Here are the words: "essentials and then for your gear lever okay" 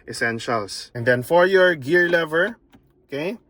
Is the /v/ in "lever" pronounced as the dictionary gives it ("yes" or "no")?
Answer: yes